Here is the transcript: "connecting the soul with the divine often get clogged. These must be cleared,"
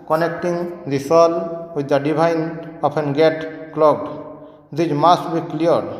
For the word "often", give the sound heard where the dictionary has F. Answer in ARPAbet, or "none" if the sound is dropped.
P